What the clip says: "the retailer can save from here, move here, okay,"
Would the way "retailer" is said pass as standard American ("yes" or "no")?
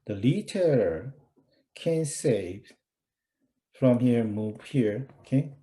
no